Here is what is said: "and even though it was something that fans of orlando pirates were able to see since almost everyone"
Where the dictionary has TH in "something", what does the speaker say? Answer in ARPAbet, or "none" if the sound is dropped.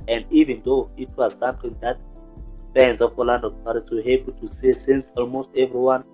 T